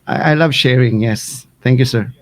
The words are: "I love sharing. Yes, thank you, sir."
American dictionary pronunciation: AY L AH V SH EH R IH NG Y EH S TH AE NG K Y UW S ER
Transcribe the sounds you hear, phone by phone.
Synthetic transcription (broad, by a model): AY L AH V SH EH R IH NG Y EH S T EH NG K Y UW S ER